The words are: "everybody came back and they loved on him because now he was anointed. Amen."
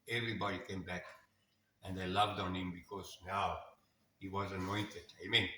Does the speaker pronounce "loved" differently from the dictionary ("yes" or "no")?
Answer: no